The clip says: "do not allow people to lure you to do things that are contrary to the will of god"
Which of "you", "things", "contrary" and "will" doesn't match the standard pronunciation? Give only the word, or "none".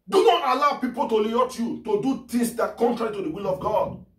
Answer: things